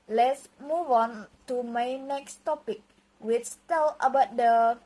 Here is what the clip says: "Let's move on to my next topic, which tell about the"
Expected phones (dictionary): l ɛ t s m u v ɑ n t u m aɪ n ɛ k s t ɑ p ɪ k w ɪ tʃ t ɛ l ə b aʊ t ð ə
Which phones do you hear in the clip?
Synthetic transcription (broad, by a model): l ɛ t s m u v ɑ n t u m aɪ n ɛ k s t ɑ p ɪ k w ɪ s t ɛ l ə b aʊ t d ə